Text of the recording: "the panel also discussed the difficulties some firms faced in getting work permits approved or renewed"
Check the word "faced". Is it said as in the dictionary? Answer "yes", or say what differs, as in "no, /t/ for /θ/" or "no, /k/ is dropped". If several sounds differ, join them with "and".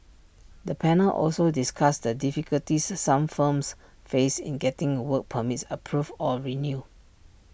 no, /t/ is dropped